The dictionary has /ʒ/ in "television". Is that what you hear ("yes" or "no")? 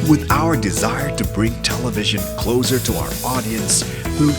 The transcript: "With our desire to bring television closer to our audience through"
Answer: yes